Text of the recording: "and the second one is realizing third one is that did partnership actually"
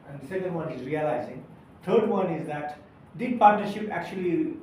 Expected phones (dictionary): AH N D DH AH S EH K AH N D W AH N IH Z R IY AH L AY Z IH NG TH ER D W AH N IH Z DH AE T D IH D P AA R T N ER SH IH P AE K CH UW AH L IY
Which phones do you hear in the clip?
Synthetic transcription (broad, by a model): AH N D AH S EH K AH N D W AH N IH Z R IY AH L AY Z IH NG T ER D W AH N IH Z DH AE T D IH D P AA R T N ER SH IH P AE K CH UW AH L IY